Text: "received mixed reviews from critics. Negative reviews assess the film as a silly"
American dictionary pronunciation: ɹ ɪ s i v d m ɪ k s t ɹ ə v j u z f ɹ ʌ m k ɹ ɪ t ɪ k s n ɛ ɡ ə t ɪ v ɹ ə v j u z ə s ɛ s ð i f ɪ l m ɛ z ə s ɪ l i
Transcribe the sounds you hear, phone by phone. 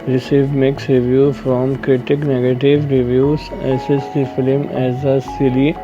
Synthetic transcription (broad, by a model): ɹ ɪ s i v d m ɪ k s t ɹ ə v j u f ɹ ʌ m k ɹ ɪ t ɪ k n ɛ ɡ ə t ɪ v ɹ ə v j u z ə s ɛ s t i f ɪ l m ɛ z ə s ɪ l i